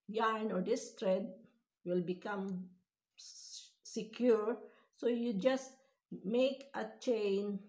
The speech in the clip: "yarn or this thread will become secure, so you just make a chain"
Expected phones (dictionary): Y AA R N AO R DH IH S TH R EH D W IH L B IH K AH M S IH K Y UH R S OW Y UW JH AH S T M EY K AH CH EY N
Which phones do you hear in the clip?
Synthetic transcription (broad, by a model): Y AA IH N AO R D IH S T R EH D W IH L B IH K AH M S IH K Y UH R S OW Y UW JH AH S T M EY K AH CH EY N